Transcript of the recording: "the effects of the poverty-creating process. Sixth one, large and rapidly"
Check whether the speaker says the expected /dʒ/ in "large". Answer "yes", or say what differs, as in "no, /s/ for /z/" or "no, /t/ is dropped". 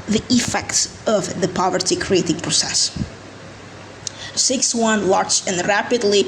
no, /tʃ/ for /dʒ/